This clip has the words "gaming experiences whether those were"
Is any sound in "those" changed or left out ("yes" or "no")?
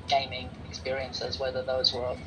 no